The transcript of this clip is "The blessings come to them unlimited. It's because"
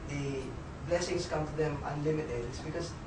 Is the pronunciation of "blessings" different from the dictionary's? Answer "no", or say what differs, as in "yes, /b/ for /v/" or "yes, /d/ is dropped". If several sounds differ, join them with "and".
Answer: yes, /s/ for /z/